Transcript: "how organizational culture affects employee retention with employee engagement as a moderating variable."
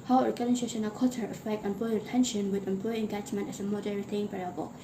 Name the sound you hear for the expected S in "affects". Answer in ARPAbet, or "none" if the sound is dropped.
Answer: none